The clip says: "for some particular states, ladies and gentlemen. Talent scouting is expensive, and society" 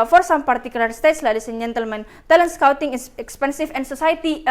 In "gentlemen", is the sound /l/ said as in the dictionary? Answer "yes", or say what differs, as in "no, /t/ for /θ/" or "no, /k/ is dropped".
yes